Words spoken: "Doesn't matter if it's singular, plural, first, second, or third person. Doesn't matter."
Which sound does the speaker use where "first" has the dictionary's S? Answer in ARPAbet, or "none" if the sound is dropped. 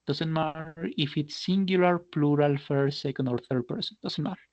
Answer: none